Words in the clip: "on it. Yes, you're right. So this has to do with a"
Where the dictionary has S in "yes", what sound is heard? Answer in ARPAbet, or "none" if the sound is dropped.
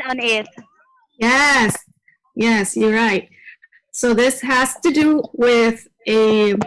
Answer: S